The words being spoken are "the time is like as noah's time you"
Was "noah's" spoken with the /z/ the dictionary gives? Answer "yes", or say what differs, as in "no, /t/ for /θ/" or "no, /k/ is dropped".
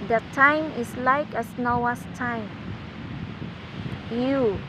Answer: no, /s/ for /z/